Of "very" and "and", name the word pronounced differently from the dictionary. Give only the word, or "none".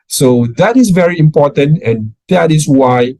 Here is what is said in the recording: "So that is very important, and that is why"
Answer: and